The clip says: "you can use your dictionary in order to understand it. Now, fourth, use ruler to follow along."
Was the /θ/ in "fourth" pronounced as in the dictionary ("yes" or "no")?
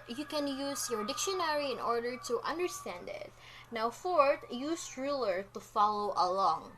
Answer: no